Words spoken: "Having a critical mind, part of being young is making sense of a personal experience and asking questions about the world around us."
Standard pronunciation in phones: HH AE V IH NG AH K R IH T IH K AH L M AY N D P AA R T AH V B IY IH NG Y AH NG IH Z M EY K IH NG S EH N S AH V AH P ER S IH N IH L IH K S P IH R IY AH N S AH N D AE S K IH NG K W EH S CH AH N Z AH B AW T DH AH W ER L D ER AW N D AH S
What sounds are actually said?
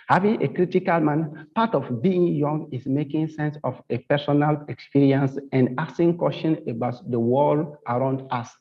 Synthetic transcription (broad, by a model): HH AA V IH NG AH K R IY T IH K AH L M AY N P AA T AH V B IY IH NG Y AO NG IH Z M EY K IH NG S EH N S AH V AH P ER S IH N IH L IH K S P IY R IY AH N S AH N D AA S IH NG K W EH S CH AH N AH B AW T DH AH W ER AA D AW N D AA S